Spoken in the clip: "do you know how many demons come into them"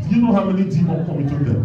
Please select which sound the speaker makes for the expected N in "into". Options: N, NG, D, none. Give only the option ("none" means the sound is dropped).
none